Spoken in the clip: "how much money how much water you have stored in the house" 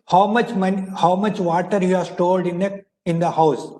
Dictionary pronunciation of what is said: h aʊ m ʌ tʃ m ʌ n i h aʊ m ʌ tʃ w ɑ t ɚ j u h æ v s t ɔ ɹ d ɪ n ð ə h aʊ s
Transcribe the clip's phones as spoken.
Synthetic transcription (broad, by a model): h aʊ m ʌ tʃ m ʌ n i h aʊ m ʌ tʃ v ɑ t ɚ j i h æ s t ɔ l d ɪ n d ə h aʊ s